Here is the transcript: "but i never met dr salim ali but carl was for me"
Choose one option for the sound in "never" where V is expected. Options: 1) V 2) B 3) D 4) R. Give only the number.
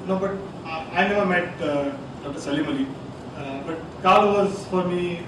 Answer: 1